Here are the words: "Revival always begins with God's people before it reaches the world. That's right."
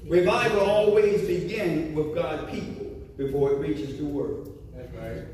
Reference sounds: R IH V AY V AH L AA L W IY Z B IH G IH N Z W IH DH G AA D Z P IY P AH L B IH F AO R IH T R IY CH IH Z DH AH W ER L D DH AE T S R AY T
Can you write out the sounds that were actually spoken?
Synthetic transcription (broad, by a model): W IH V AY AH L AA L W IY Z B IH G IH N W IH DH G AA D P IY P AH L B IH F AO R IH T R IY CH IH Z DH AH W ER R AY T